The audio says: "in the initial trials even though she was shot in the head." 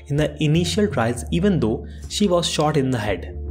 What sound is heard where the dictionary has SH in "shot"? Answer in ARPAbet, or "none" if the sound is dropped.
SH